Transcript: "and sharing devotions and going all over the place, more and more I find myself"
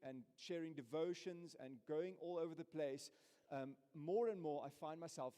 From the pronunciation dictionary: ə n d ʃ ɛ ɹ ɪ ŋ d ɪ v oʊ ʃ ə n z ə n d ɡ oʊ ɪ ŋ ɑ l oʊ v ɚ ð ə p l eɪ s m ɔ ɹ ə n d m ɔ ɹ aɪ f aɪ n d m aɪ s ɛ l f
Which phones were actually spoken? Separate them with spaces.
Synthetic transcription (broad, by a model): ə n ʃ ɛ ɹ ɪ ŋ d ɪ v oʊ ʃ ə n z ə n ɡ oʊ ɪ ŋ ɑ l oʊ v ɚ ð ə p l eɪ s m ɔ ɹ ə n m ɔ ɹ aɪ f aɪ n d m aɪ s ɛ l f